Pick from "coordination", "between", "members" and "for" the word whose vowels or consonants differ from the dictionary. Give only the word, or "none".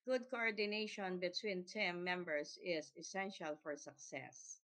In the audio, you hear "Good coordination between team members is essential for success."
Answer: members